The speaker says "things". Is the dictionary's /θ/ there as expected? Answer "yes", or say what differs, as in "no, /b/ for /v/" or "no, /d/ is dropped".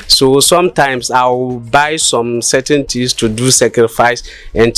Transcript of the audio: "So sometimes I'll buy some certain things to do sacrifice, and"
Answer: no, /t/ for /θ/